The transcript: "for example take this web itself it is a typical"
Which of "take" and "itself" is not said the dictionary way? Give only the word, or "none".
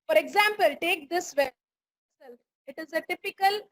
itself